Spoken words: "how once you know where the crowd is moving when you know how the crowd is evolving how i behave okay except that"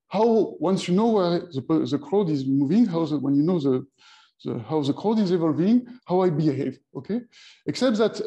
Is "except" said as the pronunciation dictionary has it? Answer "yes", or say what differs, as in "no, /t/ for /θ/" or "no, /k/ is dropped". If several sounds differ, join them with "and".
yes